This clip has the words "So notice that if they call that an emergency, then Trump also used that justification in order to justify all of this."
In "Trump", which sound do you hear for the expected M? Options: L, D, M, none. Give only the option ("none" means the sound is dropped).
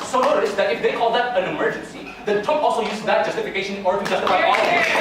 none